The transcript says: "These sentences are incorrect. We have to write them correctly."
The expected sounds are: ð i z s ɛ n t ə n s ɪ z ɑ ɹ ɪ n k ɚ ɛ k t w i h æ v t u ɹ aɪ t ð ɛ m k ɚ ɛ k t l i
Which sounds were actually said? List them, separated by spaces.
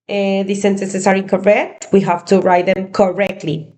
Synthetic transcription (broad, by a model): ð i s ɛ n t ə s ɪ s ɑ ɹ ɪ k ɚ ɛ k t w i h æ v t u ɹ aɪ t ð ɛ m k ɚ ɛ k t l i